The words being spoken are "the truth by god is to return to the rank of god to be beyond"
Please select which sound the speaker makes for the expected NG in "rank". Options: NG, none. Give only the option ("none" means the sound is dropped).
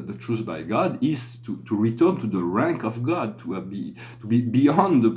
NG